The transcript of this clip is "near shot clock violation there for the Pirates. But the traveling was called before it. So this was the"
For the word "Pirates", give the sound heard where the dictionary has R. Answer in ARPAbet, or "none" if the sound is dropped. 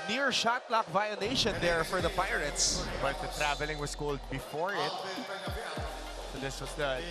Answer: R